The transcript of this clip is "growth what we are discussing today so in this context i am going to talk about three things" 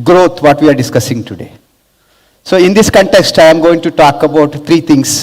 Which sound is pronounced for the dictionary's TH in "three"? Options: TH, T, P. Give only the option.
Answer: T